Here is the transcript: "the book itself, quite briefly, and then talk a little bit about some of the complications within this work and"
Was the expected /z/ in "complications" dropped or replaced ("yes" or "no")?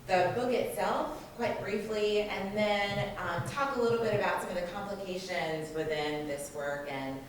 no